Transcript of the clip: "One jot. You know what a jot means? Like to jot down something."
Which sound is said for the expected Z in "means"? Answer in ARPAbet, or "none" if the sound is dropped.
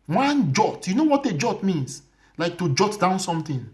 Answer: S